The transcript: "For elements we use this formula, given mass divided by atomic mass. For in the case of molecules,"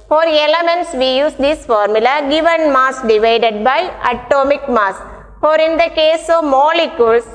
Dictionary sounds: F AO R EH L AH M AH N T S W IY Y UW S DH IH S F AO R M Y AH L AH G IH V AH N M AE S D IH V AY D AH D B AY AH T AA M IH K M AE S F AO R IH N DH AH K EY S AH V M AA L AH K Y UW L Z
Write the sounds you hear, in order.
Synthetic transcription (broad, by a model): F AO R EH L AH M AH N T S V IY Y UW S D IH S F AO R M Y AH L AH G IH V AH N M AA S D IH V AY D AH D B AY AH T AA M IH K M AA S F AO R IH N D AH K EY S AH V M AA L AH K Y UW L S